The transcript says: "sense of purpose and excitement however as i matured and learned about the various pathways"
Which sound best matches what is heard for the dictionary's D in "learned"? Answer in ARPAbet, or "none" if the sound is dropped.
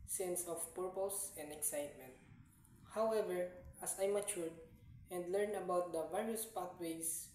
none